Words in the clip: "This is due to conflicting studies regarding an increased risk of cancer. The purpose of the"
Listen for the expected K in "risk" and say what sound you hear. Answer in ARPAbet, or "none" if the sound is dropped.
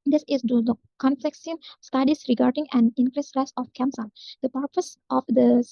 none